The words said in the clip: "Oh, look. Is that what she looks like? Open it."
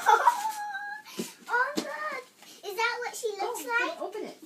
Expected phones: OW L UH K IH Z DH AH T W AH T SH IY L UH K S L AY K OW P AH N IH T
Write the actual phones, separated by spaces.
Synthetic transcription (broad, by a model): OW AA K IH Z DH AH T W AH T SH IY L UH S L AY K OW P AH N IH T